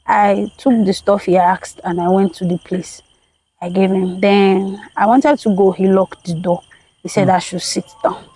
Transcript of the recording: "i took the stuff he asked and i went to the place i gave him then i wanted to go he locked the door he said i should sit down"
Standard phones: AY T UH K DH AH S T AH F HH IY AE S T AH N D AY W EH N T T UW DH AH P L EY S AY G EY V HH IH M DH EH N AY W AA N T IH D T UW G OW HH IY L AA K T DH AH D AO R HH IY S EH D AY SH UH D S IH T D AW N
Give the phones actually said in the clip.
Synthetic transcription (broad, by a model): AY T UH K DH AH S T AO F HH IY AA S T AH N AY W EH N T T UW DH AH P L EY S AY G EY V HH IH M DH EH N AY W AA N T IH D T UW G OW HH IY L AA K T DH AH D AO HH IY S EH D AY SH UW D S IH T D AW N